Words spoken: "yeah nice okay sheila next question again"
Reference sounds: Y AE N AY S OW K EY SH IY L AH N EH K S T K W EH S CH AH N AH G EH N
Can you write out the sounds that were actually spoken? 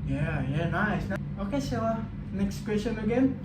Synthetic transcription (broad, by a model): Y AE N AY S OW K EY S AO AH N EH K S T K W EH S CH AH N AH G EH N